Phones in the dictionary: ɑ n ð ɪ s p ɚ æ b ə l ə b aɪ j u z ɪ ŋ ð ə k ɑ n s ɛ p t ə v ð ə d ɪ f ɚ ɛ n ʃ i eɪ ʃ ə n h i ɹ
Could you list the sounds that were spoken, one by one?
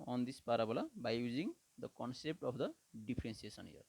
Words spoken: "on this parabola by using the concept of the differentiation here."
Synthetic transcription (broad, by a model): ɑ n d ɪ s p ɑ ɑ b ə l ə b aɪ j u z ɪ ŋ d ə k ɑ n s ɛ p t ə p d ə d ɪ p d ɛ n s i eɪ s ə n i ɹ